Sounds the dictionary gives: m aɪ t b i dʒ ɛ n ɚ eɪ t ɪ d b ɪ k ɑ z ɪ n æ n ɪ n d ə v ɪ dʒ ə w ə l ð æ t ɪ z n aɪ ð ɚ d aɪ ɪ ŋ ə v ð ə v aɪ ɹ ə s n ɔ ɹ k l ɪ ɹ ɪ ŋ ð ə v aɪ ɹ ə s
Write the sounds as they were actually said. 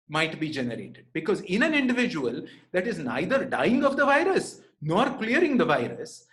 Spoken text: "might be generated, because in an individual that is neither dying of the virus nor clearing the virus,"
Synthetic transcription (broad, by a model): m aɪ t b i dʒ ɛ n ɚ eɪ t ɪ d b ɪ k ɑ z ɪ n æ n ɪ n d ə v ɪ dʒ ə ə l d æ t ɪ z n aɪ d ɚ d aɪ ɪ ŋ ə v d ə v aɪ ɹ ə s n ɔ ɹ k l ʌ ɹ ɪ ŋ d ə v aɪ ɹ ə s